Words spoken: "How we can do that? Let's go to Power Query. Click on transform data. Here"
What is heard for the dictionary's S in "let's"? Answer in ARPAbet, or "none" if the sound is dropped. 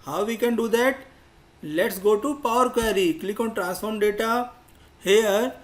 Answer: S